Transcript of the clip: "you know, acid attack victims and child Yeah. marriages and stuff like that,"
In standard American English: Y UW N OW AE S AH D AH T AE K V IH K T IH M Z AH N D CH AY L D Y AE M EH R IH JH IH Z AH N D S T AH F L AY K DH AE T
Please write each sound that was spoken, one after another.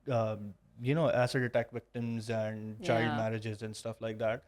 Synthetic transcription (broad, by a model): Y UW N OW AE S AH D AH T AE K V IH K T IH M Z AH N D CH AY D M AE R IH JH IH Z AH N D S T AH F L AY K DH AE T